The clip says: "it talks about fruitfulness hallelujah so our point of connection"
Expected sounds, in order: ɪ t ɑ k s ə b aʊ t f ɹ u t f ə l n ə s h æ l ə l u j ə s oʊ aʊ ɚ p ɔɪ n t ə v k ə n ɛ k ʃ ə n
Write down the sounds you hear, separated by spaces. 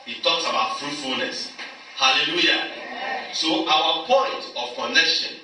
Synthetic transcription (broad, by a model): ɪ t ɑ k s ə b aʊ t f ɹ u t f ə l n ə s h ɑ l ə l u j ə s oʊ aʊ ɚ p ɔɪ n t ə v k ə n ɛ k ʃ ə n